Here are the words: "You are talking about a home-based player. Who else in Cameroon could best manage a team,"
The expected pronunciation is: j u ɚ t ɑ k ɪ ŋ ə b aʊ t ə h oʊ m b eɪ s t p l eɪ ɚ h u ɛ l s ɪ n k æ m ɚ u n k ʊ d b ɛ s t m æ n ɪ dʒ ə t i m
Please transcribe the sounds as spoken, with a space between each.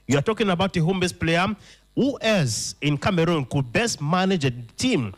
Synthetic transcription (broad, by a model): j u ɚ t ɑ k ɪ ŋ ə b aʊ t ə h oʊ m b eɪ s p l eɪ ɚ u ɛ s ɪ n k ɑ m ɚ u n k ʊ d b ɛ s t m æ n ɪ dʒ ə t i m